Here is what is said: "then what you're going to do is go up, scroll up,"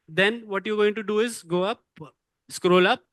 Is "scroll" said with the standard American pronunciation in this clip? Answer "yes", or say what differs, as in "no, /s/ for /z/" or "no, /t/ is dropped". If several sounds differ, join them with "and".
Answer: yes